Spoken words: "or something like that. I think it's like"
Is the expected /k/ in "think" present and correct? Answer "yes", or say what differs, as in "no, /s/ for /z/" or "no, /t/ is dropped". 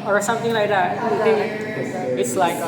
no, /k/ is dropped